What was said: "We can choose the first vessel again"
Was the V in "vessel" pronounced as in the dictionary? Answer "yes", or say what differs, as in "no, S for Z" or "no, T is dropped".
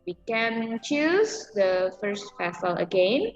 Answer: no, P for V